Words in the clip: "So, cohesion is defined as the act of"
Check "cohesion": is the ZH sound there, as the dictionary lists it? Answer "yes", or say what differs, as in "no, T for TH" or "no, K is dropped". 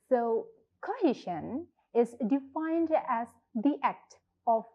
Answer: no, SH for ZH